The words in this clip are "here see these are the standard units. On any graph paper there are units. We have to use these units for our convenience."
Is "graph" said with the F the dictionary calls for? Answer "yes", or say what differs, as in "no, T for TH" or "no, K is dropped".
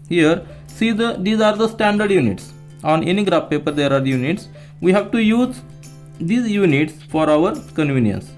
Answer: no, P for F